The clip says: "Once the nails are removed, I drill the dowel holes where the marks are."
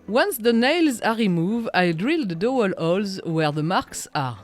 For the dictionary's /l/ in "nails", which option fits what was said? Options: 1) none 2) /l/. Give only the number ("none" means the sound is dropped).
2